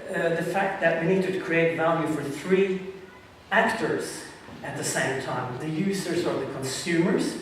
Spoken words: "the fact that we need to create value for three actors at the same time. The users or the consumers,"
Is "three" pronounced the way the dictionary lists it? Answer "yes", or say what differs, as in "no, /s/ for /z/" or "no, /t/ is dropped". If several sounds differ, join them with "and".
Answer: yes